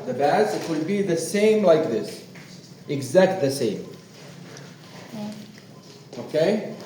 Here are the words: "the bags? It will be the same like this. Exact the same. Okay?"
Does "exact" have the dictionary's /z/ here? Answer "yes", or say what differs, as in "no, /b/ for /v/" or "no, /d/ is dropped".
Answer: yes